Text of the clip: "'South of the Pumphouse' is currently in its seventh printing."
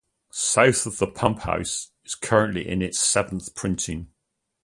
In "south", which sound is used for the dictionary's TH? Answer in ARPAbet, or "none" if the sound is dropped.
TH